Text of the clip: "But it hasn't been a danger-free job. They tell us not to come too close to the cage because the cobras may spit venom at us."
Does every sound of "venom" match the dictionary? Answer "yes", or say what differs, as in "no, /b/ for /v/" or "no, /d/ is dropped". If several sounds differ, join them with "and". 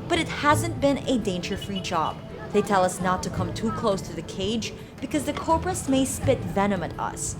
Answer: yes